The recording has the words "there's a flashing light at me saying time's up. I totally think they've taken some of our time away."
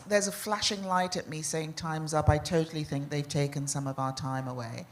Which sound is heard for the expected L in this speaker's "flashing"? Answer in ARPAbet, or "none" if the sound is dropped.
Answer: L